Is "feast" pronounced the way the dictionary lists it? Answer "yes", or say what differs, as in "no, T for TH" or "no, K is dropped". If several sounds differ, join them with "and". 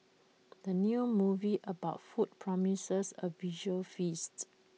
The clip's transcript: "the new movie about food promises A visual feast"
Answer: yes